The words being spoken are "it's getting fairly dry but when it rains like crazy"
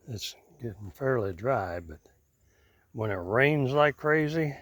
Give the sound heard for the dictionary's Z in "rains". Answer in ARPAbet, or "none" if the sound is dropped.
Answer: Z